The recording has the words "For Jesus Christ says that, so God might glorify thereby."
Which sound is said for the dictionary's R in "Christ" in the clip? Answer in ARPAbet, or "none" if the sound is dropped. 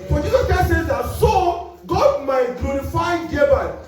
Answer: none